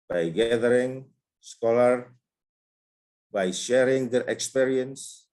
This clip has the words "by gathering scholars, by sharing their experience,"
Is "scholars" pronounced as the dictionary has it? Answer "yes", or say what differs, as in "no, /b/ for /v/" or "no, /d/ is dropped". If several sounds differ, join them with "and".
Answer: no, /z/ is dropped